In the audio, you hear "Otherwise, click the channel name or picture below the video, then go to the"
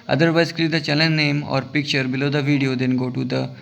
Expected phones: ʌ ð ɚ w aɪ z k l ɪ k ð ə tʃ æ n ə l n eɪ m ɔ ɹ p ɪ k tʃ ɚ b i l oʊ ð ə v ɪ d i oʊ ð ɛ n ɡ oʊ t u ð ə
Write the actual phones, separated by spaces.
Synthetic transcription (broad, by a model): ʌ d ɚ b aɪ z k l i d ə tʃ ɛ l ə n n eɪ m ɔ ɹ p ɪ k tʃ ɚ b i l oʊ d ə v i d i oʊ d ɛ n ɡ oʊ t u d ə